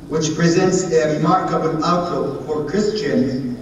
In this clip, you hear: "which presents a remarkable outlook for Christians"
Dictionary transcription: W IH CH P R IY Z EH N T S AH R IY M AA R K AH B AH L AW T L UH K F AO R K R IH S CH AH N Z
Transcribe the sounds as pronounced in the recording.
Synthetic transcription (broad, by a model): W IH CH P R IY Z EH N T S AH R IY M AA R K AH B AH L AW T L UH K F AO R K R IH S CH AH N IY